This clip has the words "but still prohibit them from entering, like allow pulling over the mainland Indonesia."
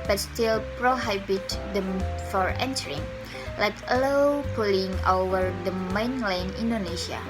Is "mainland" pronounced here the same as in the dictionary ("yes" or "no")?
no